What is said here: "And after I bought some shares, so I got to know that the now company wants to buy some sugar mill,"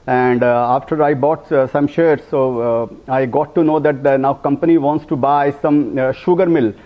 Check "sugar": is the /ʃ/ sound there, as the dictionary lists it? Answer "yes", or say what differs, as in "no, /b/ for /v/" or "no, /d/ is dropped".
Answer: yes